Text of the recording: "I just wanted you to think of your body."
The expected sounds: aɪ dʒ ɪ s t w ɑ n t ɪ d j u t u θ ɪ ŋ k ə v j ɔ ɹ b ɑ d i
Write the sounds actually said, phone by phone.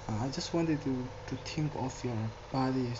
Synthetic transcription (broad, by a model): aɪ dʒ ɪ s t w ɑ n t ɪ d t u t u t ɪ ŋ k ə f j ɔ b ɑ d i